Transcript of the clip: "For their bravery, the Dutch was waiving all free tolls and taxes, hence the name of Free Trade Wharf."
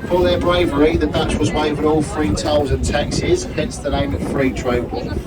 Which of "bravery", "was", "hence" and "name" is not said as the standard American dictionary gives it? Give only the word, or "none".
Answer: none